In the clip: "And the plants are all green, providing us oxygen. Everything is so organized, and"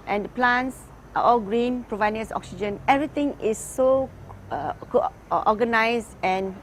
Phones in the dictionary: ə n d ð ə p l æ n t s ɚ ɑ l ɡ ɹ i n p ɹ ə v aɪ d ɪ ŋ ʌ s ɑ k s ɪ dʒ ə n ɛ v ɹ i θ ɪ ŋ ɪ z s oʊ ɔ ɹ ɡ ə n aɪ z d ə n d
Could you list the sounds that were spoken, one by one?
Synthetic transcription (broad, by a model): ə n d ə p l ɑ n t s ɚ ɑ l ɡ ɹ i n p ɹ ə v aɪ d ɪ ŋ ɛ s ɑ k s ɪ dʒ ə n ɛ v ɹ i t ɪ ŋ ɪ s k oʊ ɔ ɡ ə n aɪ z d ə n